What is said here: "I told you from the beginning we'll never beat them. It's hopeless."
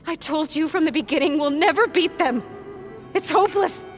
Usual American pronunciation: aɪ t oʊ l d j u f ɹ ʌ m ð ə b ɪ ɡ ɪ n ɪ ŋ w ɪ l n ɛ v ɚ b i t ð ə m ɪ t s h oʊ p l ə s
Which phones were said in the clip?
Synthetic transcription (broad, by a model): aɪ t oʊ l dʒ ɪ f ɹ ʌ m ð ə b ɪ ɡ ɪ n ɪ ŋ w ɪ l n ɛ v ɚ b i t ð ə m ɪ t s h oʊ p l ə s